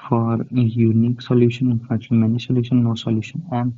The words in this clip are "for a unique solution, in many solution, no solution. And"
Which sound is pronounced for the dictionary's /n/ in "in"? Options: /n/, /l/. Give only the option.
/l/